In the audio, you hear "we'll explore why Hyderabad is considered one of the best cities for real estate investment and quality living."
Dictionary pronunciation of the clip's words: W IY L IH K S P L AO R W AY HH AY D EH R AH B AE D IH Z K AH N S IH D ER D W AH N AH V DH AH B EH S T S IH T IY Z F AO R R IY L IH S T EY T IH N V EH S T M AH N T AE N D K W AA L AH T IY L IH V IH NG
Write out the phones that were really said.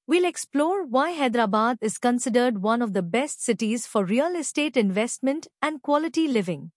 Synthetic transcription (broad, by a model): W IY L IH K S P L AO R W AY HH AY D R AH B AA D IH Z K AH N S IH D ER D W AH N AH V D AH B EH S T S IH T IY Z F AO R R IY L IH S T EY T IH N V EH S T M AH N T AE N D K W AA L AH T IY L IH V IH NG